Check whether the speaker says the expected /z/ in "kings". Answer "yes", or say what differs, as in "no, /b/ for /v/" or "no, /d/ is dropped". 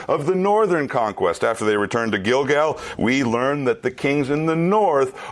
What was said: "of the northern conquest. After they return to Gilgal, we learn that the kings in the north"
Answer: yes